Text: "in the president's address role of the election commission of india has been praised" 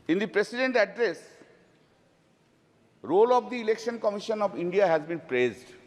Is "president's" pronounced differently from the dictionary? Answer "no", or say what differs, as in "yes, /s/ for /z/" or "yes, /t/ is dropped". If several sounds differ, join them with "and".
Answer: yes, /s/ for /z/ and /s/ is dropped